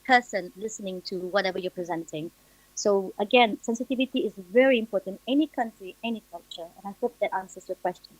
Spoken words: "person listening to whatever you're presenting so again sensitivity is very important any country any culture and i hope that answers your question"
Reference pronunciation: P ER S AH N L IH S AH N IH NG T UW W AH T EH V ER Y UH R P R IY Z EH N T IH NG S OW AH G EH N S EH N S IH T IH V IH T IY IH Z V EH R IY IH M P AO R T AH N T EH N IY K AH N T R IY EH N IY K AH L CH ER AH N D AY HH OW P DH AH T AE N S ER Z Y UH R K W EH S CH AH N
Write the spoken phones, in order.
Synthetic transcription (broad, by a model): P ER S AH N L IH S AH N IH NG T UW W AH T EH V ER Y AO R P R IY Z EH N T IH NG S OW AH G EH N S EH N S IH T IH V IH T IY IH Z V EH R IY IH M P AO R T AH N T EH N IY K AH N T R IY EH N IY K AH L CH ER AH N AY HH OW P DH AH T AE N S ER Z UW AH K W EH S CH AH N